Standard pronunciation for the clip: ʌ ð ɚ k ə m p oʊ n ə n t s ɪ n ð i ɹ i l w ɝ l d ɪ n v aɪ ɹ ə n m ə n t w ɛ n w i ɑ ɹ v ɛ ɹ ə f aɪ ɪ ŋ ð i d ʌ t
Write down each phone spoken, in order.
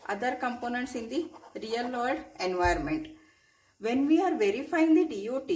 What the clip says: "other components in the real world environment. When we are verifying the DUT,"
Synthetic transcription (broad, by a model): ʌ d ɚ k ə m p oʊ n ə n t s ɪ n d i ɹ i l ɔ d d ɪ n v aɪ ə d m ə n t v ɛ n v i ɑ ɹ v ɛ ɹ ə f aɪ ɪ ŋ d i d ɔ t